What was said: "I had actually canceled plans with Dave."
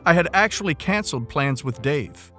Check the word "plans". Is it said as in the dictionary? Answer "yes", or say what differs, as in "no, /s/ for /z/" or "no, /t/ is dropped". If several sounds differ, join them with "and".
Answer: yes